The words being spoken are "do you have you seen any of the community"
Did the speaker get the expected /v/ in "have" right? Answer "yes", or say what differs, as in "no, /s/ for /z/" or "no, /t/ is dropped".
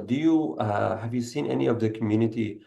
yes